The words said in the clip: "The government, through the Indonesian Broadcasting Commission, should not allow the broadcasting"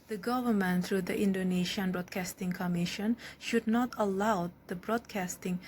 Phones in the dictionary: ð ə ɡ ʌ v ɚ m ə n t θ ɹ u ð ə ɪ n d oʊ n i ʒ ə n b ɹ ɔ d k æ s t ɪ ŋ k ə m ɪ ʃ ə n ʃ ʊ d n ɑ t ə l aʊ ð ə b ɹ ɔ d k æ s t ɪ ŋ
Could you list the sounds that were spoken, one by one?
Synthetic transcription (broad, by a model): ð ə ɡ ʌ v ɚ m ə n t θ ɹ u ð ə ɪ n d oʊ n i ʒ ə n b ɹ ɔ d k æ s t ɪ ŋ k ə m ɪ ʃ ə n ʃ ʊ d n ɑ t ə l aʊ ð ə b ɹ ɔ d k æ s t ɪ ŋ